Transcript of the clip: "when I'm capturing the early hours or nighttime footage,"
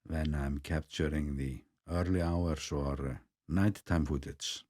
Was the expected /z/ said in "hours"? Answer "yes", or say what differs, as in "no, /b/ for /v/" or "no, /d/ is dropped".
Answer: no, /s/ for /z/